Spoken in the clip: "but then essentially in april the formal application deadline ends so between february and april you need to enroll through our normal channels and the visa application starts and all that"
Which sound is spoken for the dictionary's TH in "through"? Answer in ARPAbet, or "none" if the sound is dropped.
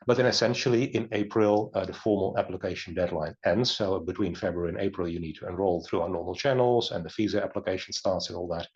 TH